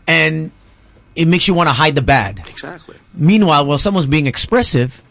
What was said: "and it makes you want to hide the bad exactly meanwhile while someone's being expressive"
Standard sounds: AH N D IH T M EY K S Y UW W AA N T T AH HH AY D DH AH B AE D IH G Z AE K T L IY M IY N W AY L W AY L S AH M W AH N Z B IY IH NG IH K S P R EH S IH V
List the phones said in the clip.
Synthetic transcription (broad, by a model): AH N IH T M EY K S Y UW W AA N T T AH HH AY D DH AH B AE D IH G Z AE K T L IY M IY N W AY L W AY L S AH M W AH N Z B IY IH NG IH K S P R EH S IH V